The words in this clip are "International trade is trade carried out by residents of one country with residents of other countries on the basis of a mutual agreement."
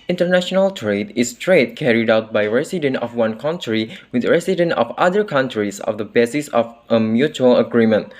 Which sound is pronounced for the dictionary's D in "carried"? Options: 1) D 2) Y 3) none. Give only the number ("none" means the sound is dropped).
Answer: 1